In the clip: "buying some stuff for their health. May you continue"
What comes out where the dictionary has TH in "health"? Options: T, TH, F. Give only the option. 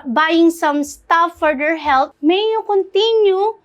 T